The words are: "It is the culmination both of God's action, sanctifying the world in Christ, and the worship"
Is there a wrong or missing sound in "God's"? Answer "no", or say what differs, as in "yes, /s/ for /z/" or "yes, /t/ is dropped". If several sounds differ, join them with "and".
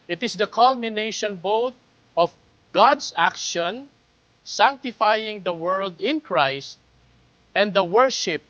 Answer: yes, /s/ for /z/